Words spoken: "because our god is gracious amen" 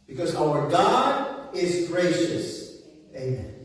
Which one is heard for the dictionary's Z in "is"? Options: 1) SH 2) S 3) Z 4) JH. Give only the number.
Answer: 3